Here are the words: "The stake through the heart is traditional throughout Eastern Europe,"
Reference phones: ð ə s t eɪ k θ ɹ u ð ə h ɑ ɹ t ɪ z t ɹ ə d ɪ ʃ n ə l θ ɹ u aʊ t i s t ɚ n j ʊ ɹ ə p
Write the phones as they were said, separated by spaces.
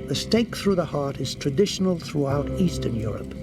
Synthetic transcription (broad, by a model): ð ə s t eɪ k θ ɹ u ð ə h ɑ ɹ t ɪ z t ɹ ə d ɪ ʃ n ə l θ ɹ u aʊ t i s t ɚ n j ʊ ɹ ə p